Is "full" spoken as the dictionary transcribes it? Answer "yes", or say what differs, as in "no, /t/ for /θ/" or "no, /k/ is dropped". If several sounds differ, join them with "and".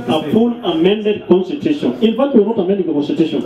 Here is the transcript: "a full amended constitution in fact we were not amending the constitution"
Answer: no, /n/ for /l/